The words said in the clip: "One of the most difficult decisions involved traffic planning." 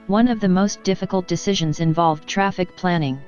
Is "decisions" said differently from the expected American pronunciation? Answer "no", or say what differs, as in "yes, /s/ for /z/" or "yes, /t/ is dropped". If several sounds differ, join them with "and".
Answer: no